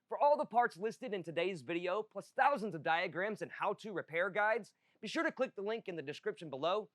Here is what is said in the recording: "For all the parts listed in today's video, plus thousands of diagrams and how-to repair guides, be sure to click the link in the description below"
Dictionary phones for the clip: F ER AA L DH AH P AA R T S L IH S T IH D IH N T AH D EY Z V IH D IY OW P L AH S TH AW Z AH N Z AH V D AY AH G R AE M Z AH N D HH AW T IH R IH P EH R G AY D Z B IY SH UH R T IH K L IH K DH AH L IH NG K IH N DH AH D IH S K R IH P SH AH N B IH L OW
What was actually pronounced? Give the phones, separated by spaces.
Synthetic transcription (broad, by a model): F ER AA L DH AH P AA R T S L IH S T IH D IH N T AH D EY Z V IH D IY OW P L AH S TH AW Z AH N Z AH V D AY AH G R AE M Z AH N HH AW T IH R IH P EH R G AY D Z B IY SH UH R T IH K L IH K DH AH L IH NG K IH N DH AH D IH S K R IH P SH AH N B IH L OW